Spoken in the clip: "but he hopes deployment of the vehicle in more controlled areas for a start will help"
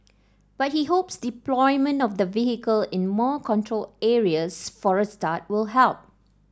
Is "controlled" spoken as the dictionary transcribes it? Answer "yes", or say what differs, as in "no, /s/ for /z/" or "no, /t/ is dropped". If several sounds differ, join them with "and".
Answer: no, /d/ is dropped